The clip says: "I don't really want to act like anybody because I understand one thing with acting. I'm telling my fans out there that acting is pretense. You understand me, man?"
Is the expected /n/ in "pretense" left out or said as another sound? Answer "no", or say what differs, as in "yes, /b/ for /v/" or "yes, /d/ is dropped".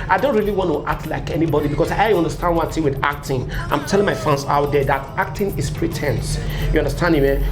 no